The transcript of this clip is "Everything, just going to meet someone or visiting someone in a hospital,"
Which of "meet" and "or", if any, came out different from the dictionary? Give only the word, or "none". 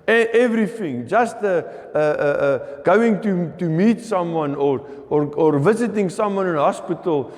none